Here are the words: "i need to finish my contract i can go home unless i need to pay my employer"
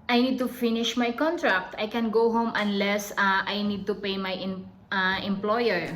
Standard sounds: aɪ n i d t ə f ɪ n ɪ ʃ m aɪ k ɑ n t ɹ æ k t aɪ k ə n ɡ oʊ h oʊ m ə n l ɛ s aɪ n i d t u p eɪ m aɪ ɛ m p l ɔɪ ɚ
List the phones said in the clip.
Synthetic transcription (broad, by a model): aɪ n i d t ə f ɪ n ɪ ʃ m aɪ k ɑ n t ɹ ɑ k t aɪ k ə n ɡ oʊ h oʊ m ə n l ɛ s aɪ n i d t u p eɪ m aɪ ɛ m p l ɔɪ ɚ